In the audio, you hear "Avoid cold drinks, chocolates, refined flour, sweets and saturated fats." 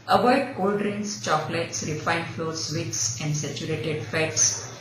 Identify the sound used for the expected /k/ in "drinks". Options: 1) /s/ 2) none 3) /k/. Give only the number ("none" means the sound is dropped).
2